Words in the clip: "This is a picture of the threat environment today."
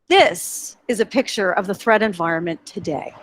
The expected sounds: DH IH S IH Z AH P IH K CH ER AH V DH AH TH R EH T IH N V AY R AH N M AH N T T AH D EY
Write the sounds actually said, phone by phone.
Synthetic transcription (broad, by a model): DH IH S IH Z AH P IH K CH ER AH V DH AH TH R EH T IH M V AY R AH N M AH N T T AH D EY